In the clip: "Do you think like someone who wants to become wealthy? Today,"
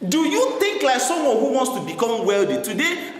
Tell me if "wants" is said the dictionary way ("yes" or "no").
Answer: yes